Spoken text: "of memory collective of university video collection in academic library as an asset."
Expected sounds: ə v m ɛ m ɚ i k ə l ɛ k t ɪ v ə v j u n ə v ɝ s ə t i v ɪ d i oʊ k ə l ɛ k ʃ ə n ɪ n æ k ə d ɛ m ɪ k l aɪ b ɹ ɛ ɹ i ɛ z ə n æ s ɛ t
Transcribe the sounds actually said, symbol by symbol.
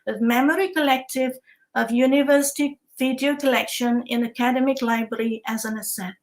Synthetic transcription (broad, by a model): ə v m ɛ m ɚ i k ə l ɛ k t ɪ v ə v j u n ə v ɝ s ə t i v ɪ d i oʊ k ə l ɛ k ʃ ə n ɪ n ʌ k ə d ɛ m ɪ k l aɪ b ɹ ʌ ɹ i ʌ z ə n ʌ s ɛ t